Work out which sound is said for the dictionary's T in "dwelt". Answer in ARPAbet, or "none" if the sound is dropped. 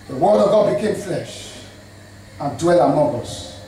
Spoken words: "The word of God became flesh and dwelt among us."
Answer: none